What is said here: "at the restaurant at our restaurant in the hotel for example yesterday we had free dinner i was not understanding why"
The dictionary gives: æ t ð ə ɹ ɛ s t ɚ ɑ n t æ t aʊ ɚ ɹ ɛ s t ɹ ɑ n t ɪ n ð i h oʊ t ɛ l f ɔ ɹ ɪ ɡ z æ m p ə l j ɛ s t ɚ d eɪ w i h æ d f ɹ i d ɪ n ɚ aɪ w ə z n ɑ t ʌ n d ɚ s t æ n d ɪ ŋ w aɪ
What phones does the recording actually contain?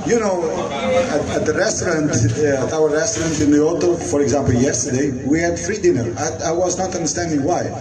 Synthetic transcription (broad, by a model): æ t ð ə ɹ ɛ s t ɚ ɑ n t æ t aʊ ɚ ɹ ɛ s t ɹ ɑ n t ɪ n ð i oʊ t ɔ f ɔ ɹ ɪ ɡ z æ m p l j ɛ s t ɚ d eɪ w i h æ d f ɹ i d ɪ n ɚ aɪ w ə z n ɑ t ʌ n d ɚ s t æ n d ɪ ŋ w aɪ